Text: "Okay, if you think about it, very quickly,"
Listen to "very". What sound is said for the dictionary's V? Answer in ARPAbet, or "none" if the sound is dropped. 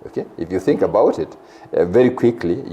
V